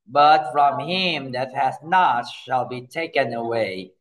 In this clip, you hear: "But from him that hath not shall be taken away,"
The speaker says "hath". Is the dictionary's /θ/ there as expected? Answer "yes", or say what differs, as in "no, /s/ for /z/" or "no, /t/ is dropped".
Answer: no, /s/ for /θ/